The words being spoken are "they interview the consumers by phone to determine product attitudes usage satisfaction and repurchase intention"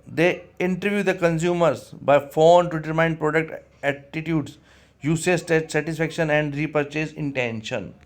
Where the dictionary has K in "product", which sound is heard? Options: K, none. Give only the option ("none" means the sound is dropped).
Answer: K